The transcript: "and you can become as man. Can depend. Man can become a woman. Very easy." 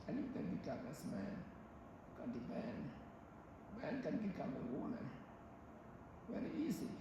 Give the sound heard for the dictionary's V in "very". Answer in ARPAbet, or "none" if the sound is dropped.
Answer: W